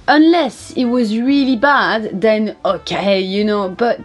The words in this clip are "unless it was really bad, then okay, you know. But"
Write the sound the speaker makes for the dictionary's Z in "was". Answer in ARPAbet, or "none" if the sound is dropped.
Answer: Z